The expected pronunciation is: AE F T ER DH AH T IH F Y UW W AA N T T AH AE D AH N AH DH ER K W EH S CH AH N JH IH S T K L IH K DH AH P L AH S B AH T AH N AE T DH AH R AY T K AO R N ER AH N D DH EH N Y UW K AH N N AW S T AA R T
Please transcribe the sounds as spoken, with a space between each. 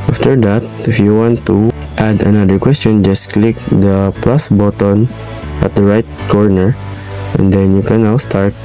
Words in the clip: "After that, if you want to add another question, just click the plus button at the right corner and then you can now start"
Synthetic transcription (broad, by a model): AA F T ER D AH T IH F Y UW W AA N T T AH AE D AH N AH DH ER K W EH S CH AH N JH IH S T K L IH K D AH P L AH S B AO T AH N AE T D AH R AY T K AO R N ER AH N D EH N Y UW K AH N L S T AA R T